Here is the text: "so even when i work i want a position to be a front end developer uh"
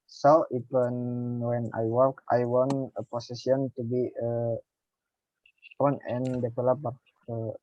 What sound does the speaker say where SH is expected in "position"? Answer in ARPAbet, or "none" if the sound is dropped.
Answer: S